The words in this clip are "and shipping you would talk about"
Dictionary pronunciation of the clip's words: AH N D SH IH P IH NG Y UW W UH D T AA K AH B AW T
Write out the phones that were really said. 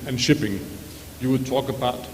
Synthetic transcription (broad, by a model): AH N SH IH P IH NG Y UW W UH D T AA K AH B AW T